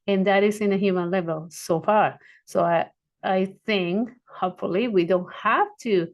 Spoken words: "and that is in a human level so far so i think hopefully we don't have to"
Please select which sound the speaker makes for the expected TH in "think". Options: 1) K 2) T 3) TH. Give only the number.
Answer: 3